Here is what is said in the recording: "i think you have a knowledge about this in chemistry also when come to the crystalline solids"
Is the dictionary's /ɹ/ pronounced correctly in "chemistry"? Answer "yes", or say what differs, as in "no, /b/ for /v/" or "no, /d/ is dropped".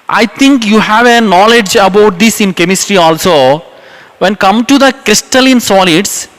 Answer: yes